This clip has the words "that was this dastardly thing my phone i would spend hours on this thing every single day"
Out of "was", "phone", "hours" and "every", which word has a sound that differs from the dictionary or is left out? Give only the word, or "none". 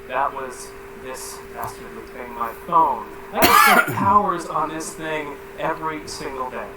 none